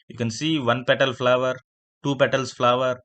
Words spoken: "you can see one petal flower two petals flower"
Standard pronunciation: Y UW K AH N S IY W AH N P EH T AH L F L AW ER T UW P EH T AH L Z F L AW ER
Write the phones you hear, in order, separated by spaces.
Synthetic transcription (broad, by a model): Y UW K AH N S IY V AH N P EH T AH L F L AW ER T UW P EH T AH L S F L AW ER